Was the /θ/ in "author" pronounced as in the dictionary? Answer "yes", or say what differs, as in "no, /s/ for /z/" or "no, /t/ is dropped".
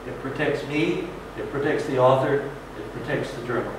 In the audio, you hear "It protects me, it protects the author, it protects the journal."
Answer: yes